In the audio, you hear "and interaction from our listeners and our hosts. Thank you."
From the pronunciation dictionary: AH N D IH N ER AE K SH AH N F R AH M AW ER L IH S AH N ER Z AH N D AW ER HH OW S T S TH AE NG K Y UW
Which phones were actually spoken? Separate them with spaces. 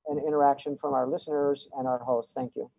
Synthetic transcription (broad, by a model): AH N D IH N ER AE K SH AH N F R AH M AW ER L IH S AH N ER Z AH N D AW ER HH OW S T S TH AE NG K Y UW